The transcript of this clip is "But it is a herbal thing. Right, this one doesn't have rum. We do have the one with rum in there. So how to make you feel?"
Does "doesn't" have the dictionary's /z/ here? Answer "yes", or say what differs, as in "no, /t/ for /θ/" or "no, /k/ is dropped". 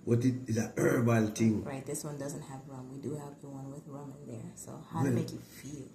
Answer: yes